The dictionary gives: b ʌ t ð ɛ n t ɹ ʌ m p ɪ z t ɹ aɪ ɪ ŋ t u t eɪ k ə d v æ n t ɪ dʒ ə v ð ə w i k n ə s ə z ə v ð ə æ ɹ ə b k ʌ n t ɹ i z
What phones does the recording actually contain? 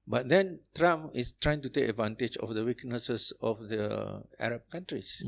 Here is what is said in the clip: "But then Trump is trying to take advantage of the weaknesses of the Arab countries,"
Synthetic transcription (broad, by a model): b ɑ t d ɛ n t ɹ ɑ m ɪ s t ɹ aɪ ɪ ŋ t u t eɪ k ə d v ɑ n t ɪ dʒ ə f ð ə w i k n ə s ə s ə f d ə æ ɹ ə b k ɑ n t ɹ i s